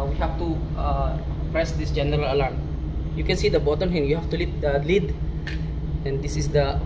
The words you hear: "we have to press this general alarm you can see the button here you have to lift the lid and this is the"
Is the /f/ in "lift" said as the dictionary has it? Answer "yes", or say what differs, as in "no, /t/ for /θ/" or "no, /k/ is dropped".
no, /f/ is dropped